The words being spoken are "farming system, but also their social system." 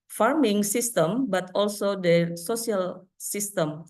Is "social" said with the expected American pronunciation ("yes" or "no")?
no